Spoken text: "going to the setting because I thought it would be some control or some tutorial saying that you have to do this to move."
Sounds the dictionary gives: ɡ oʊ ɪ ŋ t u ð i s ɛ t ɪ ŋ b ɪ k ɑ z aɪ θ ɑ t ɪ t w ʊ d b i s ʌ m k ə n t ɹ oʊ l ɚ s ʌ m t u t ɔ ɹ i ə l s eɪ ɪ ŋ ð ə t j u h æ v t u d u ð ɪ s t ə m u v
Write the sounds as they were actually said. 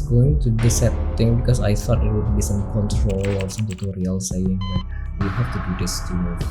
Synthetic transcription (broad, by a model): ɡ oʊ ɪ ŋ t u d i s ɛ t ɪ ŋ b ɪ k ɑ s aɪ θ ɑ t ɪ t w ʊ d b i s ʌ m k ə n t ɹ oʊ l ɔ s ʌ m t u t ɔ ɹ i ə l s eɪ ɪ ŋ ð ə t j u h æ f t u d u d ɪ s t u